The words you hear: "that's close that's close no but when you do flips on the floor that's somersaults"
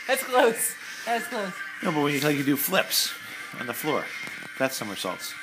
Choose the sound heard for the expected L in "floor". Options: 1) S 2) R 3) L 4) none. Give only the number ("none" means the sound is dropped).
3